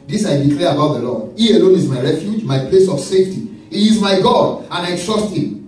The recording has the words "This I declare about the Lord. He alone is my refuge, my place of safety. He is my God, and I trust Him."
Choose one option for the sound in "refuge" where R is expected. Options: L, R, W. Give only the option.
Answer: R